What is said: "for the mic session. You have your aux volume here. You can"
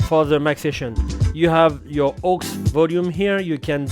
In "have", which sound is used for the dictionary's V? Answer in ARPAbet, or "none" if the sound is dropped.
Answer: V